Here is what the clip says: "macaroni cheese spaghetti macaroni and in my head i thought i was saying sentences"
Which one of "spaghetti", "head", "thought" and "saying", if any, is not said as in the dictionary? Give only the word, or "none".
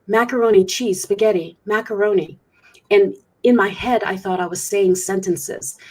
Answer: none